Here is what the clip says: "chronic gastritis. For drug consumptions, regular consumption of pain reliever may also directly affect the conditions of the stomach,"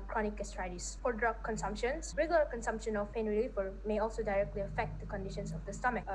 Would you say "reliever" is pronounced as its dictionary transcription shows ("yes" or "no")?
no